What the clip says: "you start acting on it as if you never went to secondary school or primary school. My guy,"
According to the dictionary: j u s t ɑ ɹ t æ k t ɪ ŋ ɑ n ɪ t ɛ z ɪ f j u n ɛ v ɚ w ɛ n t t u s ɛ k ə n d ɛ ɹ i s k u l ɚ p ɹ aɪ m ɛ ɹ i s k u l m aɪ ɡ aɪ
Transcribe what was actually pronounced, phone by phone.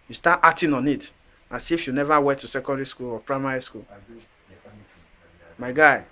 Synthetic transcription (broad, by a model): j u s t ɑ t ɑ t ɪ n ɑ n ɪ t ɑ s ɪ f j u n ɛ v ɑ w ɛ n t t u s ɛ k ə n d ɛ ɹ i s k u l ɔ p ɹ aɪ m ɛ ɹ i s k u l m aɪ ɡ aɪ